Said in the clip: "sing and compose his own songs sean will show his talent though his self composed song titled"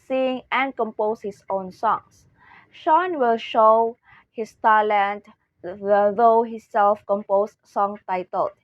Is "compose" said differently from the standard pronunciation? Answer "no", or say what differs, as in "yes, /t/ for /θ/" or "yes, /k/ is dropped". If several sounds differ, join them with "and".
yes, /s/ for /z/